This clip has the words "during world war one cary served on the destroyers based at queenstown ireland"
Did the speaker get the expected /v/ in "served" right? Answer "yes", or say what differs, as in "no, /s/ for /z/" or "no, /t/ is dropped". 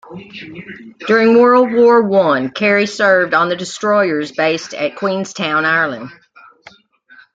yes